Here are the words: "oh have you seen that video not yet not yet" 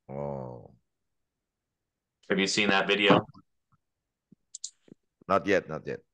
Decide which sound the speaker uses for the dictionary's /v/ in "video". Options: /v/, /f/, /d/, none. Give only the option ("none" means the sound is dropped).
/v/